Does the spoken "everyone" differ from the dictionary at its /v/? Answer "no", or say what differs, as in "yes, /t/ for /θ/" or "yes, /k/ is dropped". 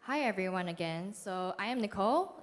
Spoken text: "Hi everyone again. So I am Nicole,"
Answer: no